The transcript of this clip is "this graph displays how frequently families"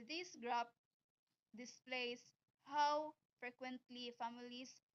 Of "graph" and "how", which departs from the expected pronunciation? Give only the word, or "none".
graph